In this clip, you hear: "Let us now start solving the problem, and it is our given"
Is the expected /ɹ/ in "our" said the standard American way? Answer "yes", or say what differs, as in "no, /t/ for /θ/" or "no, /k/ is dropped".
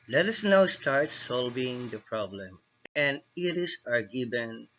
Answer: yes